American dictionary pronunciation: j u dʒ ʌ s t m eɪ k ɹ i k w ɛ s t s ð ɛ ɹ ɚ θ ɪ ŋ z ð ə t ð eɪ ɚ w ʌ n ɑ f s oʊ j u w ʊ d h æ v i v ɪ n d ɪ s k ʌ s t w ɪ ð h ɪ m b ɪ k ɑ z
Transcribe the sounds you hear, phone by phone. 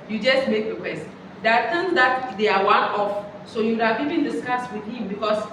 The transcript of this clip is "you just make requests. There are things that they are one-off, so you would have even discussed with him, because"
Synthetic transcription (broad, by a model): j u dʒ ʌ s t m eɪ k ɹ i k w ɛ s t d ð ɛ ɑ t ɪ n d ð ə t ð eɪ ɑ w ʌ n ɑ f s oʊ j u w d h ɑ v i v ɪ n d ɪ s k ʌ s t w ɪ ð h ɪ m b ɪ k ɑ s